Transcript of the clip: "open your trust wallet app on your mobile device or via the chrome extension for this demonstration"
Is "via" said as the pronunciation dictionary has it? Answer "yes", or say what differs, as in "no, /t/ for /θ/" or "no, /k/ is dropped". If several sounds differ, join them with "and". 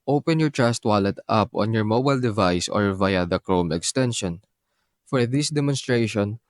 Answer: yes